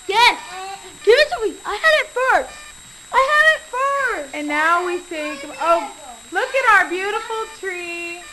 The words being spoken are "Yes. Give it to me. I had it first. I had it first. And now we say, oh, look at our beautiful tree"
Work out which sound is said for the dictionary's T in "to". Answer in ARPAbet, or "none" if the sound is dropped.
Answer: S